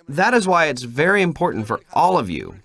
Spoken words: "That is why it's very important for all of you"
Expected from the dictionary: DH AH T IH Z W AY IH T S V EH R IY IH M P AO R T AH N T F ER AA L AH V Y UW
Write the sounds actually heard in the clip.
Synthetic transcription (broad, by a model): DH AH T IH Z W AY IH T S V EH R IY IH M P AO R T N T F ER AA L AH V Y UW